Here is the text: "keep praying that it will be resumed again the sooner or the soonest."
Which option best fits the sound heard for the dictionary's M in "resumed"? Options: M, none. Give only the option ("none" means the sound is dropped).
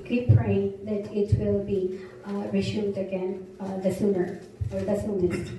none